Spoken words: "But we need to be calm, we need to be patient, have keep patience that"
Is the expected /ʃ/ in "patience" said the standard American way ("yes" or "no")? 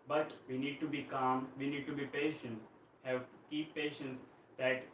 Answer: yes